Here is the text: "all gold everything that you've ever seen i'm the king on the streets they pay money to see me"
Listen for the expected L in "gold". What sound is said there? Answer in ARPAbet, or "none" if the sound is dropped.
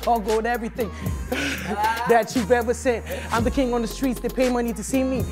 none